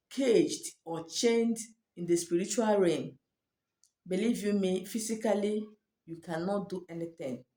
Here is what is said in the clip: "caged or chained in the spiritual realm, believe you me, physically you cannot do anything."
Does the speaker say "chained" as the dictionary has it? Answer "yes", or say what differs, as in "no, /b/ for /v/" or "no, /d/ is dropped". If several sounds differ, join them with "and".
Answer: yes